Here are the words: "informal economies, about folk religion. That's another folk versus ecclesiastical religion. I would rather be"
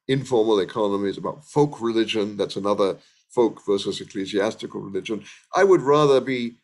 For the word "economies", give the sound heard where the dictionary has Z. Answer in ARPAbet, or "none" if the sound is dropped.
Z